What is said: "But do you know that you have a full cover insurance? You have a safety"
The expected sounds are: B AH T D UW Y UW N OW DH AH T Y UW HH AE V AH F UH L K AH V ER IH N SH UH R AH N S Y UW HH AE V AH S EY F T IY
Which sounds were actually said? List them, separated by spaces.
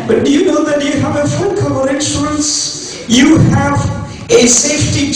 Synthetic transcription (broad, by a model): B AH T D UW Y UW N OW DH AH T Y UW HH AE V AH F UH N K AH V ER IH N S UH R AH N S Y UW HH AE V AH S EY F T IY